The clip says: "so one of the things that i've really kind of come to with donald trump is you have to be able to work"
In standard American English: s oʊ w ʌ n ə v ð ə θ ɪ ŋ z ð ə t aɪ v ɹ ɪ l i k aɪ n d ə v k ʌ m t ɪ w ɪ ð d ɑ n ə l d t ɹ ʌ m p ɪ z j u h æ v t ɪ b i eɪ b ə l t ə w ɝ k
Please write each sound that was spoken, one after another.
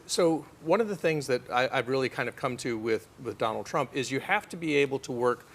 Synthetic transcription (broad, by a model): s oʊ w ʌ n ə v ð ə θ ɪ ŋ z ð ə t aɪ v ɹ ɪ l i k aɪ n d ə v k ʌ m t ɪ w ɪ ð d ɑ n l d t ɹ ʌ m p ɪ z j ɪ h æ f t ɪ b i eɪ b l t ə w ɝ k